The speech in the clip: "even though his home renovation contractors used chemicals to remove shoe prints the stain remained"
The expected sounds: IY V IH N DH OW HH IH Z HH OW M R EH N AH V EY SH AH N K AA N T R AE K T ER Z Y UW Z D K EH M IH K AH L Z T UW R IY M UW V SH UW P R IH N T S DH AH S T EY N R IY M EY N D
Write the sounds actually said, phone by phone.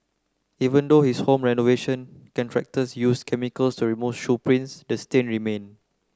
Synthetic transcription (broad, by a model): IY V IH N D OW HH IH S HH OW M R EH N AH V EY SH AH N K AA N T R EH K T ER S Y UW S K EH M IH K AH L S T UW R IY M UW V SH UW P R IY N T S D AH S T EY N R IY M EY N